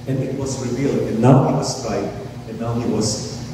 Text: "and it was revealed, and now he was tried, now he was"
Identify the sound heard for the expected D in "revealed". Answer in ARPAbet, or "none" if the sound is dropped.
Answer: none